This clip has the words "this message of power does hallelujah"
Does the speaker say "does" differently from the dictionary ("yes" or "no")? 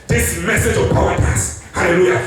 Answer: yes